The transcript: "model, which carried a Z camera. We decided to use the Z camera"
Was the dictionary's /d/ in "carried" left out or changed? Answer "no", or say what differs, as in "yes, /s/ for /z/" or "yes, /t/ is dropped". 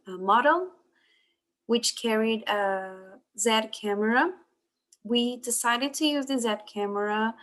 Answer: no